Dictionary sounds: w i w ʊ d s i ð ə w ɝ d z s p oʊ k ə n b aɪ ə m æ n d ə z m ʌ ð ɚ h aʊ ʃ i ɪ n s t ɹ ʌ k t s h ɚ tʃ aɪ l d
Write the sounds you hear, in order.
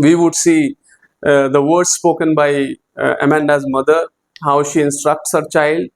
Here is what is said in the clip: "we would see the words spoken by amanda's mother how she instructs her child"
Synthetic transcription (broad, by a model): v i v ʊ d s i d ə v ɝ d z s p oʊ k ə n b aɪ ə m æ n d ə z m ʌ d ɚ h aʊ ʃ i ɪ n s t ɹ ʌ k t s h ɚ tʃ aɪ l d